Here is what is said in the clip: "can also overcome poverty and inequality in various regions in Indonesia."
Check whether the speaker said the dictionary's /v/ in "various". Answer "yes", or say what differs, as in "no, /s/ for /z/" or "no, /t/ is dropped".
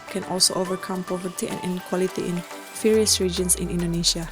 no, /f/ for /v/